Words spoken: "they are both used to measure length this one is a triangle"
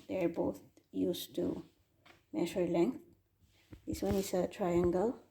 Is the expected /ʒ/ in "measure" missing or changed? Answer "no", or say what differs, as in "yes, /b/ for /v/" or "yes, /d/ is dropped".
yes, /ʃ/ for /ʒ/